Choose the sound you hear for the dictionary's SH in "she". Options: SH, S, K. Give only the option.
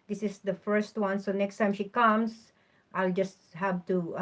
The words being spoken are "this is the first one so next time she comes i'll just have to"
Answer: SH